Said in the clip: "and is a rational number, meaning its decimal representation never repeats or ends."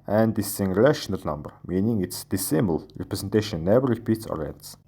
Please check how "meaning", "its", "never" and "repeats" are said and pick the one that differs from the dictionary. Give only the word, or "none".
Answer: never